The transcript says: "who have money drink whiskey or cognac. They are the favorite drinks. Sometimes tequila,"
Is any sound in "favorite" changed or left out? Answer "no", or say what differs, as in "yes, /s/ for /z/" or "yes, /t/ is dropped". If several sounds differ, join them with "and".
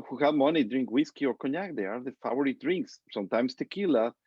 yes, /w/ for /v/